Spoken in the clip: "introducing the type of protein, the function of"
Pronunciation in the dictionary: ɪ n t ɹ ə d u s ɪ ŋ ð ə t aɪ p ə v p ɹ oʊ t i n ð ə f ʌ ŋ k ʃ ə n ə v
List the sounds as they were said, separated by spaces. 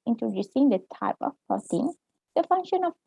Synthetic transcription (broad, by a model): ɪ n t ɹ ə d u s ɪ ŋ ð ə t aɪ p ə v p oʊ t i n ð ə f ʌ ŋ k ʃ ə n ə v